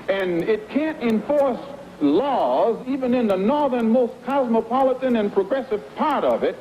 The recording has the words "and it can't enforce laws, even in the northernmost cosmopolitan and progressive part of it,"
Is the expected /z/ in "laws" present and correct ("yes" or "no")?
yes